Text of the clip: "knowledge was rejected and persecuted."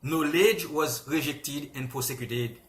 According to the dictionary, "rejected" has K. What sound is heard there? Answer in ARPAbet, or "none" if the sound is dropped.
K